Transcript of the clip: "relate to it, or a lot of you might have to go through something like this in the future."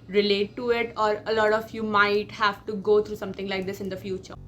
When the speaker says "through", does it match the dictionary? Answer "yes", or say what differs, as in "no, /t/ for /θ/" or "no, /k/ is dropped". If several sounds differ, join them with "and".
no, /t/ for /θ/